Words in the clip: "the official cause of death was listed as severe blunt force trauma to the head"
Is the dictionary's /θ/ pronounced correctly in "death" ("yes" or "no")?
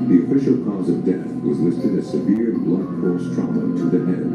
yes